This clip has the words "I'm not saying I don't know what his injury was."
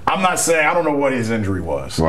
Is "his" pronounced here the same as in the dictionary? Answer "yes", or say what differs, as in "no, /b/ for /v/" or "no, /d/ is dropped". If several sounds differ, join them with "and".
yes